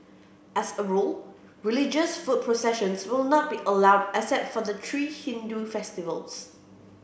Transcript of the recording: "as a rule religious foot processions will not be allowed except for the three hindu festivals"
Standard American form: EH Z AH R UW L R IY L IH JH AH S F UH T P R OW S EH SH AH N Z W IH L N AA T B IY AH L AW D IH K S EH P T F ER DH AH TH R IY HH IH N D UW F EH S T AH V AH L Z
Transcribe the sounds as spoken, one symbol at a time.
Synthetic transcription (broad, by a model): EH S AH R UW L R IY L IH JH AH S F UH T P R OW S EH SH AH N S W IH L N AA T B IY AH L AW D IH S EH T F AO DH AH T R IY HH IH N D UW F EH S T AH V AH L S